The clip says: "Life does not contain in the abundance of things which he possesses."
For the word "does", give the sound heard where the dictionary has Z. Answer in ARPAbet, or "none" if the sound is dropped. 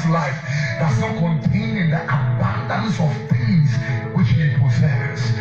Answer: S